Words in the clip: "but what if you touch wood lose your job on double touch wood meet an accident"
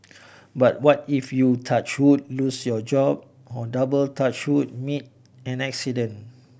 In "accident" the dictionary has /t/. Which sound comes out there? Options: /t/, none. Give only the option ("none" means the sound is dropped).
none